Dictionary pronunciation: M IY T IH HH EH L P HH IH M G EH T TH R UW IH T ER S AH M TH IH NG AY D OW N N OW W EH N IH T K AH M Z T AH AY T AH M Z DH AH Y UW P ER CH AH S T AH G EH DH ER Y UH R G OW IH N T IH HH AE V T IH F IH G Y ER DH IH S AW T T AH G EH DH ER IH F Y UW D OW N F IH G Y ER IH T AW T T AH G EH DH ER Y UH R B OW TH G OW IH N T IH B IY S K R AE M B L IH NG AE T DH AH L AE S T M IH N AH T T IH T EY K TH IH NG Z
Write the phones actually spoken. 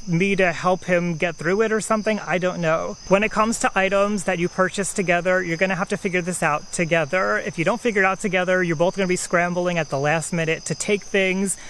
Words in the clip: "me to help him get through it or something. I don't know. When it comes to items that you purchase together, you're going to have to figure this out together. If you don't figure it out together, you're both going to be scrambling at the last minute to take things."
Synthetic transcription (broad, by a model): M IY T IH HH EH L P HH IH M G EH T TH R UW IH T ER S AH M TH IH NG AY D OW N N OW W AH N IH T K AH M Z T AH AY T AH M Z DH AH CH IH P ER CH AH S T AH G EH DH ER Y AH R G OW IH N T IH HH AE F T IH F IH G Y ER DH IH S AW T T AH G EH DH ER IH F Y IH D OW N F IH G Y ER IH T AW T T AH G EH DH ER Y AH R B OW TH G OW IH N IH B IY S K R AE M B L IH NG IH T DH AH L AE S T M IH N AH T T IH T EY K TH IH NG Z